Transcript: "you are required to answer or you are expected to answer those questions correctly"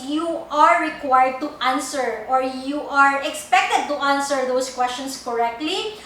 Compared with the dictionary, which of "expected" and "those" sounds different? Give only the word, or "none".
those